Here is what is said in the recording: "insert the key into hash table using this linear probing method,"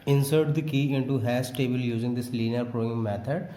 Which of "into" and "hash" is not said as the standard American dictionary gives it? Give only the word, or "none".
hash